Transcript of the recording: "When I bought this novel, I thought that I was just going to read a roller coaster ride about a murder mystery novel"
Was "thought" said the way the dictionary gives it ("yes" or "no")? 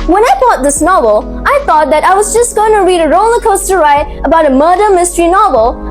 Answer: yes